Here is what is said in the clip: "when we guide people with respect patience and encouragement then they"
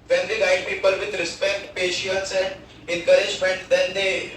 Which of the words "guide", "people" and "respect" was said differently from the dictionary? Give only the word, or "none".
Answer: none